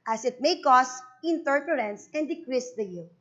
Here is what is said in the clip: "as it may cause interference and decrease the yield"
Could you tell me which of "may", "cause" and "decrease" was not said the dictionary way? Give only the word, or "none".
cause